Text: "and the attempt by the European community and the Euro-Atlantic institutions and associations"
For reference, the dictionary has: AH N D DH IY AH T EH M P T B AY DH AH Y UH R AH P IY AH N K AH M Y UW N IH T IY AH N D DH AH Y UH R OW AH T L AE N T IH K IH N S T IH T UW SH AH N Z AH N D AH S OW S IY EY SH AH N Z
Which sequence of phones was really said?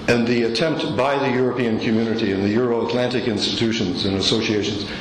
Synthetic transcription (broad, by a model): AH N DH IY AH T EH M P T B AY DH AH Y UH R AH P IY AH N K M Y UW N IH T IY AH N DH AH Y UH R OW AH T L AE N T IH K IH N S T IH T UW SH AH N Z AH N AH S OW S IY EY SH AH N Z